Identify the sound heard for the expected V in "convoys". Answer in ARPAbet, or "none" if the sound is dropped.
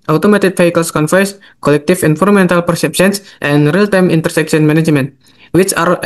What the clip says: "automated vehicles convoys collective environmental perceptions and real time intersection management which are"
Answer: F